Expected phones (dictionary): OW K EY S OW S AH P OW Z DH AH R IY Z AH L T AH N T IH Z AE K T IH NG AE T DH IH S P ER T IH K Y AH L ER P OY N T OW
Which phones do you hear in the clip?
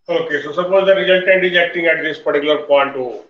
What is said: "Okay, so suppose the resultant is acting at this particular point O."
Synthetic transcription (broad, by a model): OW K EY S OW S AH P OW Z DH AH R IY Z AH L T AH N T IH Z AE K T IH NG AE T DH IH S P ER T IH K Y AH L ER P OY N T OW